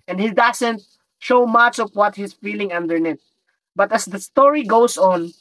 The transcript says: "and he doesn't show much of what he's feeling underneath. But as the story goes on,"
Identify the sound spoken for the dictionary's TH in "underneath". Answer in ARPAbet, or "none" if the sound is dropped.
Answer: T